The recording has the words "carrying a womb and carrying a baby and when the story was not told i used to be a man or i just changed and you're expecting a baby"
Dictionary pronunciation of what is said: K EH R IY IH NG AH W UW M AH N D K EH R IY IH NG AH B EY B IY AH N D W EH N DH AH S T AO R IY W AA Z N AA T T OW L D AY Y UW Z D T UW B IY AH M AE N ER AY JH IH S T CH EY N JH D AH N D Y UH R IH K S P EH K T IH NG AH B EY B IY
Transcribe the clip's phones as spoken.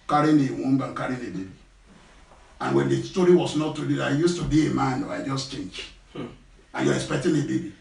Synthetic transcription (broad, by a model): K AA R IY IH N AH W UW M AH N K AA R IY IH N AH B EY B IY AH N W EH N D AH S T AO R IY W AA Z N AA T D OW D AY Y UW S T UW B IY AH M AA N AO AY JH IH S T CH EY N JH AH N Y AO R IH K S P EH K T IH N AH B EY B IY